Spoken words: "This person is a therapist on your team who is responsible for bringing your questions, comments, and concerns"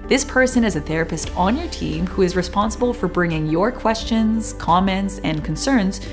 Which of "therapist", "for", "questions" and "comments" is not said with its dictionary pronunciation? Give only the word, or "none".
none